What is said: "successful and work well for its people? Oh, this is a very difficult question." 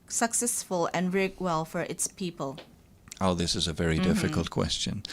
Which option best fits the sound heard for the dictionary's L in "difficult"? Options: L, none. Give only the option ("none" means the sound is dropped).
L